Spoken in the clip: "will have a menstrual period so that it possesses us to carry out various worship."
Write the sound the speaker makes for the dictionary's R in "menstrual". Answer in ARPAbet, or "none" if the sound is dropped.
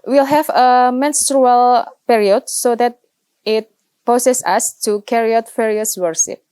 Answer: R